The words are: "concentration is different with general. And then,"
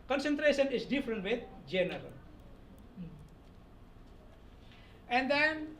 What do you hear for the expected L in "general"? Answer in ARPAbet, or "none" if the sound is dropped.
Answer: L